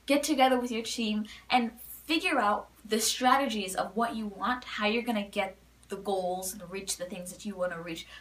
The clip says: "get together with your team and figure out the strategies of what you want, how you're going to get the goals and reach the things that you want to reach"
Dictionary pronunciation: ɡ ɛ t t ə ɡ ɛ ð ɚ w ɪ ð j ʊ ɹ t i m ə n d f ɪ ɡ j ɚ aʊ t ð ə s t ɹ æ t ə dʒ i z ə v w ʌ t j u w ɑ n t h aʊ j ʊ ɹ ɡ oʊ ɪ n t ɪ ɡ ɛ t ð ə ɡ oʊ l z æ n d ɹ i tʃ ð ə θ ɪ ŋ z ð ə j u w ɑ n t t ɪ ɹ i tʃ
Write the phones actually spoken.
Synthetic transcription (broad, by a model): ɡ ɛ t t ə ɡ ɛ ð ɚ w ɪ ð j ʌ ɹ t i m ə n f ɪ ɡ j ɚ aʊ t ð ə s t ɹ æ t ə dʒ i z ə v w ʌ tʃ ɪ w ɑ n t h aʊ j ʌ ɹ ɡ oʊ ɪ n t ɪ ɡ ɛ t ð ə ɡ oʊ l z n ɹ i tʃ ð ə θ ɪ ŋ z ð ə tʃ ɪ w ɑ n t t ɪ ɹ i tʃ